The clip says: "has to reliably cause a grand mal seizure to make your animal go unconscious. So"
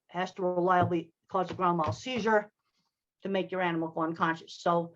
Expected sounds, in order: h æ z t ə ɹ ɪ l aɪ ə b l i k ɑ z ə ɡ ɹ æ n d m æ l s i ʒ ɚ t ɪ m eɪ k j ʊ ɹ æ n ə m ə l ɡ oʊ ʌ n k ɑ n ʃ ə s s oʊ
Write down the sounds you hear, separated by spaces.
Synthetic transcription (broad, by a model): h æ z t ə ɹ ɪ l aɪ ə b l i k ɑ z ə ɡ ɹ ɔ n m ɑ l s i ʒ ɚ t ɪ m eɪ k j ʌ ɹ æ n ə m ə l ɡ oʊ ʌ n k ɑ n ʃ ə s s oʊ